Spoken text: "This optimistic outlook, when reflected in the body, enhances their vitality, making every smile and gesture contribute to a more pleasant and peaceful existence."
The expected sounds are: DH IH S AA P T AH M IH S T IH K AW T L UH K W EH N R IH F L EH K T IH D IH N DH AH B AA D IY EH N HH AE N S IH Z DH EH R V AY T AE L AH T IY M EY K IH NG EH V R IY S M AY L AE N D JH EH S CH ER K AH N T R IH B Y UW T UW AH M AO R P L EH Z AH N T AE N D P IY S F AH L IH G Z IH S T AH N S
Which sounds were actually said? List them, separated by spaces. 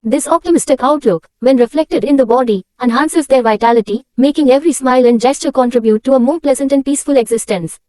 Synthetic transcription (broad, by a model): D IH S AA P T AH M IH S T IH K AW T L UH K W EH N R IH F L EH K T IH D IH N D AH B AA D IY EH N HH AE N S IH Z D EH R V AY T AE L AH T IY M EY K IH NG EH V R IY S M AY L AE N D JH EH S CH ER K AH N T R IH B Y UW T UW AH M AO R P L EH Z AH N T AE N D P IY S F AH L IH G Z IH S T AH N S